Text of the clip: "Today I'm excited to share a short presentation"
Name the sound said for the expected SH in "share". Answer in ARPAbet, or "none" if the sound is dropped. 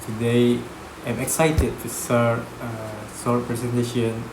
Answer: S